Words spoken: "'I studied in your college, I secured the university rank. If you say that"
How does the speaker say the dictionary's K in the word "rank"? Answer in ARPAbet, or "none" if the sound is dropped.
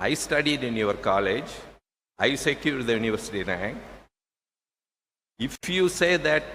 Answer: none